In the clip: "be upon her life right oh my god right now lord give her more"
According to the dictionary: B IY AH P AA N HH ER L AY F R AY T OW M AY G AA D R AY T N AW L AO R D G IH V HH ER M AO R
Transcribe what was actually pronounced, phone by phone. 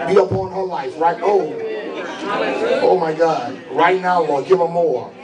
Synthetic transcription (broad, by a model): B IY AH B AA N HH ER L AY F R AY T OW M AY G AA D R AY T N AW W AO G IH V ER M AO